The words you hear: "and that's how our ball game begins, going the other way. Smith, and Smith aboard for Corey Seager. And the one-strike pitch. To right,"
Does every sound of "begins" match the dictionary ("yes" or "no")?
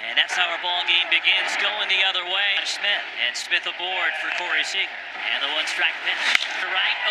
yes